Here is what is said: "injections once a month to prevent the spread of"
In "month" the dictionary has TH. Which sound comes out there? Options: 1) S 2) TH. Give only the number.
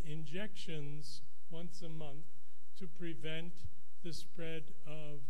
2